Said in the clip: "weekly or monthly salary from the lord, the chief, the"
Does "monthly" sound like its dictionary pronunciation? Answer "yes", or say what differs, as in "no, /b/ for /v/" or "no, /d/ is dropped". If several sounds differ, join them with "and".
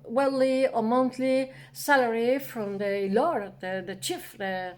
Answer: no, /t/ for /θ/